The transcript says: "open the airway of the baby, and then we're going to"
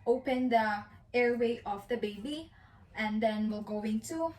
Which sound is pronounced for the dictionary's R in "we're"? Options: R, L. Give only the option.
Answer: L